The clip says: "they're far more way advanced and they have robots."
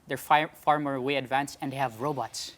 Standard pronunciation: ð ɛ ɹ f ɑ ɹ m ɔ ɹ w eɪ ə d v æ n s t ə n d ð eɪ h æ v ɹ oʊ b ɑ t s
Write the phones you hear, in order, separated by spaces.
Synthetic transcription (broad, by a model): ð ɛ ɹ f ɑ ɹ m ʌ ɹ w eɪ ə d v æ n s ə n d h æ v ɹ oʊ b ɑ t s